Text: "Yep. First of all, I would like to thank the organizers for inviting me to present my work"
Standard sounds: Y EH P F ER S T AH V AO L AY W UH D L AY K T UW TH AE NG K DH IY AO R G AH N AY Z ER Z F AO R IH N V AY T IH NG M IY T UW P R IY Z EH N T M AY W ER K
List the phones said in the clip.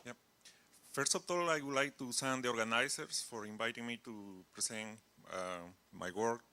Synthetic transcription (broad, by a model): Y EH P F ER S T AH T AO L AY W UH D L AY K T UW S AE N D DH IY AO R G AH N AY S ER S F AO R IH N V AY T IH NG M IY T UW P R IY S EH N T M AY W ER K